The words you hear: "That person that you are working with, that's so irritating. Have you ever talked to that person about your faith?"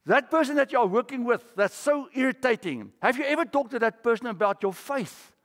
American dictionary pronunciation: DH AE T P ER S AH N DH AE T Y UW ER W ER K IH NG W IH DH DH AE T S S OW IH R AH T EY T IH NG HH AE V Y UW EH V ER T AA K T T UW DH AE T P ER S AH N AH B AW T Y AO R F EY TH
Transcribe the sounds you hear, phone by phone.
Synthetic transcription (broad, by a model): DH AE T P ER S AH N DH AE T Y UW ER W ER K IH NG W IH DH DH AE T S S OW IH R AH T EY T IH NG HH AE V Y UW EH V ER T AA K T T UW DH AE T P ER S AH N AH B AW T Y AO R F EY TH